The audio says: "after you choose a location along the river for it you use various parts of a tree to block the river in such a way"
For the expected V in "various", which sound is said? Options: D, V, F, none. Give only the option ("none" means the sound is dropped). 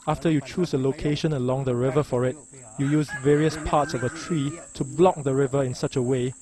V